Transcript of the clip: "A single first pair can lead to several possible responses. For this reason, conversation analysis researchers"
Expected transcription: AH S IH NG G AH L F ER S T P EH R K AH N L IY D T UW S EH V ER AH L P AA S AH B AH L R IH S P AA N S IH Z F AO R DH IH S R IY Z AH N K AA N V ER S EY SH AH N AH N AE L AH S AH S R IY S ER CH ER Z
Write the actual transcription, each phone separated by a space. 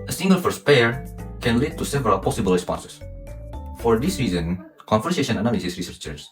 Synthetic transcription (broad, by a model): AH S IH NG G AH L F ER S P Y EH R K AH N L IY D T UW S EH V ER AH L P AA S AH B AH L R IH S P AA N S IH S F AO R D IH S R IY Z AH N K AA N F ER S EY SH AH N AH N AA L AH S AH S R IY S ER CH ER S